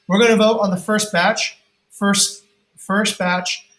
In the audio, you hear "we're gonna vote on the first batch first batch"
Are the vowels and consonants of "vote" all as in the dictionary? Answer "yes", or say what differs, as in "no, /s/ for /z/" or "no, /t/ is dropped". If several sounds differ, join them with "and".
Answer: yes